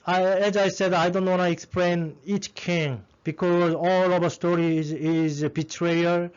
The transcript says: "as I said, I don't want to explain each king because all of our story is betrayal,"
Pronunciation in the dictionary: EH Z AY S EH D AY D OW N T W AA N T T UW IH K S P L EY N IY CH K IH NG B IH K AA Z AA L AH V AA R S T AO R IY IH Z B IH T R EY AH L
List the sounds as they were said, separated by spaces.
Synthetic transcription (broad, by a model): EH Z AY S EH D AY D OW N T W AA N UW IH K S P L EY N IY CH K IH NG B IH K AA Z AA L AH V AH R S T AO R IY IH Z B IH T R EY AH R